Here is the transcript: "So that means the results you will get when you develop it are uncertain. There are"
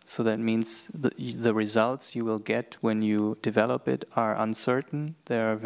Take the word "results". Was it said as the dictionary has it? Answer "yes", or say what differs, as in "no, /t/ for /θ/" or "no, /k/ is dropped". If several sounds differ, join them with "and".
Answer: yes